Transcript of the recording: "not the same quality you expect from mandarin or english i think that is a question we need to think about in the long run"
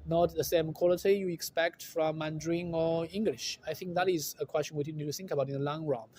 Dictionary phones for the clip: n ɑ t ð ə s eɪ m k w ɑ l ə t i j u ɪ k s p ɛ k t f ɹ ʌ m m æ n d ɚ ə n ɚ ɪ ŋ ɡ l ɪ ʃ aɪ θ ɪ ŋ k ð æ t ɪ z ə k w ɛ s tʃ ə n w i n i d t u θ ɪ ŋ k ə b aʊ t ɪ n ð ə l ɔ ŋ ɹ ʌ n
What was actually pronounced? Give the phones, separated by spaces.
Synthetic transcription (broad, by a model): n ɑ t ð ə s eɪ m k w ɑ l ə t i j u ɪ k s p ɛ k t f ɹ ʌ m m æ n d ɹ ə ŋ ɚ ɪ ŋ ɡ l ɪ ʃ aɪ θ ɪ ŋ k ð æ t ɪ z ə k w ɛ s tʃ ə n w i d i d t u θ ɪ ŋ k ə b aʊ t ɪ n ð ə l ɔ ŋ ɹ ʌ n